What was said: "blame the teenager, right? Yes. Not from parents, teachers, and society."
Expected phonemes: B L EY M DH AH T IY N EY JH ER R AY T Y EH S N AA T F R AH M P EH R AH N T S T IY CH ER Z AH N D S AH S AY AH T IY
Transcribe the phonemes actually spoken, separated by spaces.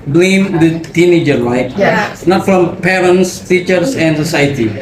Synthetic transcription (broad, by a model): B L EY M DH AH T IY N EY JH ER L AY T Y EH N AA T F R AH M P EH R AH N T S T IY CH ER S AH N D S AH S AY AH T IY